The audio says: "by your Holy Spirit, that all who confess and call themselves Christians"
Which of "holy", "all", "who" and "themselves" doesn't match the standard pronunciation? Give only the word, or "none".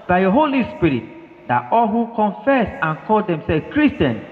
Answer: themselves